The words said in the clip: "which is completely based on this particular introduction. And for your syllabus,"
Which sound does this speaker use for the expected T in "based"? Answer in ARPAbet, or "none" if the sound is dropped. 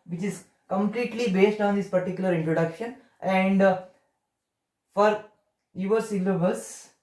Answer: T